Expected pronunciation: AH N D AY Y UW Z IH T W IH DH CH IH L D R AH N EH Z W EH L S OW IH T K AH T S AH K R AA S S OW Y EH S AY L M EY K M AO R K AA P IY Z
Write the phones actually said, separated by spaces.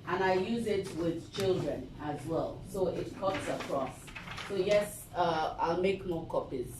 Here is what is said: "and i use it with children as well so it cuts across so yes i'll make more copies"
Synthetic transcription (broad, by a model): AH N AY Y UW Z IH T W IH DH CH IH L D R AH N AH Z W EH L S OW IH T K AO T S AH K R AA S S OW Y EH S AY L M EY K M AO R K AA P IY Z